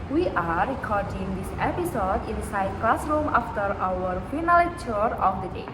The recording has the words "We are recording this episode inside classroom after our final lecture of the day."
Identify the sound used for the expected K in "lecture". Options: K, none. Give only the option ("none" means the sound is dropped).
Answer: none